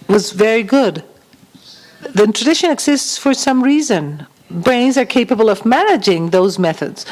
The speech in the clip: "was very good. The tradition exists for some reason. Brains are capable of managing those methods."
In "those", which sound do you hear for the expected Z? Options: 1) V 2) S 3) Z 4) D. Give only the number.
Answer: 3